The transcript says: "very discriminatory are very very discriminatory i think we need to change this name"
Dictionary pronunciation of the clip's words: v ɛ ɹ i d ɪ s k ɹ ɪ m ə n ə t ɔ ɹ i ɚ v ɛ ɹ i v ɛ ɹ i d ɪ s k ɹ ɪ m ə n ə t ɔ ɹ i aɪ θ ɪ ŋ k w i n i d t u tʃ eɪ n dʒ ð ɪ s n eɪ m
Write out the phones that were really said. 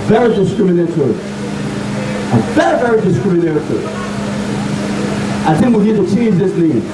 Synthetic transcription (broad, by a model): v ɛ ɹ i d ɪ s k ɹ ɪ m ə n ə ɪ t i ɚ v ɛ ɹ i v ɛ ɹ i d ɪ s k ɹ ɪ m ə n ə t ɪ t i aɪ θ ɪ ŋ k w i n i d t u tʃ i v ð ɪ s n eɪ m